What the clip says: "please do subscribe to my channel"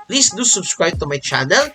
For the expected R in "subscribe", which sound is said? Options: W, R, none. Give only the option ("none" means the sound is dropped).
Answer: W